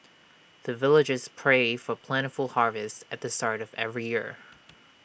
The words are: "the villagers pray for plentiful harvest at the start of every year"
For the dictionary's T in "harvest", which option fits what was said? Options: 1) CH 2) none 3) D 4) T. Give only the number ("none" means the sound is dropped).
4